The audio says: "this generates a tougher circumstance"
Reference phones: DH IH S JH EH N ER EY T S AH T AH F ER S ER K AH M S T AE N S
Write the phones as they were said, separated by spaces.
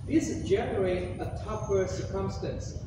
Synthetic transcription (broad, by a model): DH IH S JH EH N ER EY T AH T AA P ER S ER K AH M S T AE N S